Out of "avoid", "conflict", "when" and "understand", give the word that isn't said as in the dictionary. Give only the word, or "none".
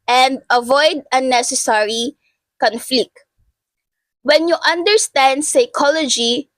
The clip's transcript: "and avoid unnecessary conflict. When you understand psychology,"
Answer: none